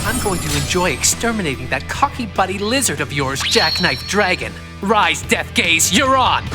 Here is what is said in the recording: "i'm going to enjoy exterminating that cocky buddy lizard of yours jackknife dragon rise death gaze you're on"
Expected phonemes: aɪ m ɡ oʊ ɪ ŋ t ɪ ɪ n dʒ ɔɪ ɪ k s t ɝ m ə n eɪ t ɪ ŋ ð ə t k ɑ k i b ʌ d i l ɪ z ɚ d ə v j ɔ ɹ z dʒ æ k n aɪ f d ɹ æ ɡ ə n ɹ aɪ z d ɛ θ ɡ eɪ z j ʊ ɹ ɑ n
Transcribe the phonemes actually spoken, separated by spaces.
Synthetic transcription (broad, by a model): aɪ m ɡ oʊ ɪ ŋ t ɪ ɪ n dʒ ɔɪ ɪ k s t ɝ m ə n eɪ t ɪ ŋ ð ə t k ɑ k i b ʌ d i l ɪ z ɚ d ə v j ɔ ɹ z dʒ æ k n aɪ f d ɹ æ ɡ ə n ɹ aɪ z d ɛ θ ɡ eɪ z j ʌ ɹ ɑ n